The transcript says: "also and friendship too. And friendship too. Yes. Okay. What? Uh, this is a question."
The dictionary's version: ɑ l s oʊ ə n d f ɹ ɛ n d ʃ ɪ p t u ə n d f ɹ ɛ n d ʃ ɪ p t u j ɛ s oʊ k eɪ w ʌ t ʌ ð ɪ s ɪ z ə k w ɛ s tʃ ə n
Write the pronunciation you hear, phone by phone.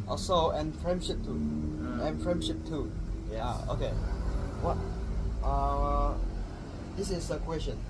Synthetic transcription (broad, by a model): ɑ s oʊ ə n f ɹ ɛ n d ʃ ɪ p t u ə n f ɹ ɛ n d ʃ ɪ p t u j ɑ oʊ k eɪ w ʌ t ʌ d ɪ s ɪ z ə k w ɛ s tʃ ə n